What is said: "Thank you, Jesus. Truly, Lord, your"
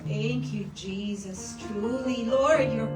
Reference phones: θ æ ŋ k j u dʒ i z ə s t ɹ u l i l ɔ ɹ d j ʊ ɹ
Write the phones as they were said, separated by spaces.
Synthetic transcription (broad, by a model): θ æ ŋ k j u dʒ i z ə s t ɹ u l i l ɔ ɹ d j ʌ ɹ